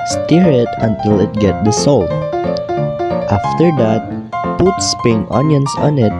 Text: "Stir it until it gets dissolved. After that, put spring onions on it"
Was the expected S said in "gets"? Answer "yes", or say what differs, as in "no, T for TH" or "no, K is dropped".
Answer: no, S is dropped